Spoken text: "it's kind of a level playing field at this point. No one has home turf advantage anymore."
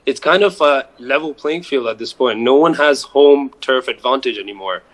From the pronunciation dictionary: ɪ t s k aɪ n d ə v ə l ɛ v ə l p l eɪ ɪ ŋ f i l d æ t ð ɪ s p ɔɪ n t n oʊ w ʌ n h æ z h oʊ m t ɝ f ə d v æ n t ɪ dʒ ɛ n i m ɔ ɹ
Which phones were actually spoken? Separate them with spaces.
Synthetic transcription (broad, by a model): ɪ t s k aɪ n d ə v ə l ɛ v l p l eɪ ɪ ŋ f i l d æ t ð ɪ s p ɔɪ n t n oʊ w ʌ n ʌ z h oʊ m t ɝ f ə d v æ n t ɪ dʒ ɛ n i m ɔ ɹ